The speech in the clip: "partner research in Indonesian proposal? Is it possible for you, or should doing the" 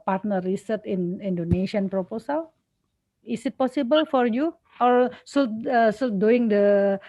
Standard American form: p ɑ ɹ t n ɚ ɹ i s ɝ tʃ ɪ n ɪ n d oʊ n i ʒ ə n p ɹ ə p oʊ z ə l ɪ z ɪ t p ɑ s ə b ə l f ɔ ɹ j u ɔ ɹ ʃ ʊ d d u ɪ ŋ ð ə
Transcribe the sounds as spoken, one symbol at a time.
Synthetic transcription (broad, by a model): p ɑ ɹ t n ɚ ɹ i s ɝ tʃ ɪ n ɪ n d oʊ n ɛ ʃ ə n p ɹ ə p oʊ s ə l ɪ s ɪ t p ɑ s ə b ə l f ɔ ɹ j u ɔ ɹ s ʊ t d u ɪ ŋ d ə